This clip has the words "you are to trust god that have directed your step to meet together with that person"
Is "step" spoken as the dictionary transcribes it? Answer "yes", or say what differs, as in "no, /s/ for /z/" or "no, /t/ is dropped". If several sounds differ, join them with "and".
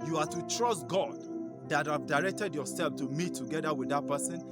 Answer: no, /f/ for /p/